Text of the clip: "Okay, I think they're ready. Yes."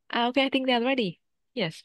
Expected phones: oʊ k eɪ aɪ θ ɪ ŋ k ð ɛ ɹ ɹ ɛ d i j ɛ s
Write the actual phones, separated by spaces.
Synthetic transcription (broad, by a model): oʊ k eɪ aɪ θ ɪ ŋ k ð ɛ l ɹ ɛ d i j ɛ s